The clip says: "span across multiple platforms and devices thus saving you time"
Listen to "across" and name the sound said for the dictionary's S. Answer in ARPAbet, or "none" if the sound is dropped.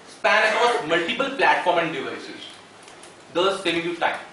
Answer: none